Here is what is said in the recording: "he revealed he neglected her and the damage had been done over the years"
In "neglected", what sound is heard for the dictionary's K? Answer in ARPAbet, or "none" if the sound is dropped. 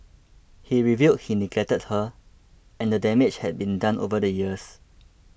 none